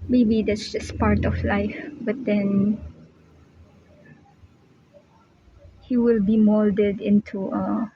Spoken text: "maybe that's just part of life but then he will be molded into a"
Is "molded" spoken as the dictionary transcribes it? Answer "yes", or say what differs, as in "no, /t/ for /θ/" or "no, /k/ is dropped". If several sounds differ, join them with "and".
yes